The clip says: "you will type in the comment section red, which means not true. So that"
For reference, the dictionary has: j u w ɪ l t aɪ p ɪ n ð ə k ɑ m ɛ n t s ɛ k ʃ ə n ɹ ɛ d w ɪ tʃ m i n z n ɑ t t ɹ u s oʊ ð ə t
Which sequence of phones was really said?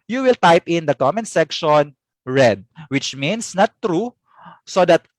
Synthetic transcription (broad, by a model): j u w ɪ l t aɪ p ɪ n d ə k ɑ m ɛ n s ɛ k ʃ ə n ɹ ɛ d w ɪ tʃ m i n s n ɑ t t ɹ u s oʊ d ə t